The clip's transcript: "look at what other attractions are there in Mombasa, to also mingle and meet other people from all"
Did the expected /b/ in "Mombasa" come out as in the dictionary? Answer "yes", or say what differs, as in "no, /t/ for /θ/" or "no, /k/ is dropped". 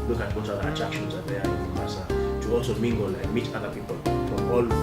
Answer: no, /b/ is dropped